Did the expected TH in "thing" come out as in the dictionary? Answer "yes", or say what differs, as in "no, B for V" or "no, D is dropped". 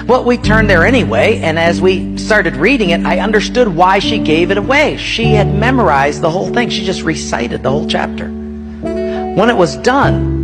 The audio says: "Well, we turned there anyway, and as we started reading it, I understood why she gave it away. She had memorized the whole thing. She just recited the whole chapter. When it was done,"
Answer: yes